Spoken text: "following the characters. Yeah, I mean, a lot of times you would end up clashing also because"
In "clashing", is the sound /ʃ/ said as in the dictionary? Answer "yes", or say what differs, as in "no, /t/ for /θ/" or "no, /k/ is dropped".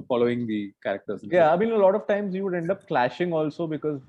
yes